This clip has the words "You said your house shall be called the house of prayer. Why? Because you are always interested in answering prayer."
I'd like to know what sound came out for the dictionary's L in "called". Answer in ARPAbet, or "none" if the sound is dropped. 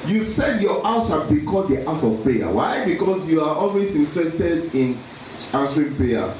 none